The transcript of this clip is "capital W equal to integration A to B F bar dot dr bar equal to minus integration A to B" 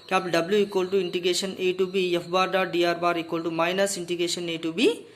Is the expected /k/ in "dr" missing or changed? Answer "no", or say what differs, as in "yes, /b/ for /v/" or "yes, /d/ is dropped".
yes, /k/ is dropped